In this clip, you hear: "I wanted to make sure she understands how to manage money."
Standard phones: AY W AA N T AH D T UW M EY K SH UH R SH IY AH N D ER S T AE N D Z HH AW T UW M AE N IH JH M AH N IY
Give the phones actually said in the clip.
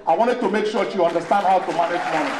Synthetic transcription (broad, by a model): AY W AA N T AH D T UW M EY K SH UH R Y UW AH N D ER S T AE N D HH AW T UW M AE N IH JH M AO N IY